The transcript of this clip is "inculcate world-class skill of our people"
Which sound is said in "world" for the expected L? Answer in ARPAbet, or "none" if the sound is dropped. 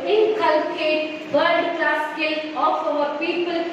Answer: none